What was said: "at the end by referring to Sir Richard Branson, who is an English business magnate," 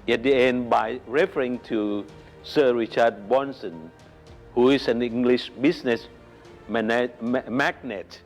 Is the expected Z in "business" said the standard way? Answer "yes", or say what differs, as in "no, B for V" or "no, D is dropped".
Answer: no, S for Z